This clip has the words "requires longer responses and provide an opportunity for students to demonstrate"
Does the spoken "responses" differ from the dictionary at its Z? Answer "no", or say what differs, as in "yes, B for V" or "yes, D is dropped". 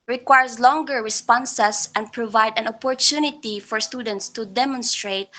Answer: yes, S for Z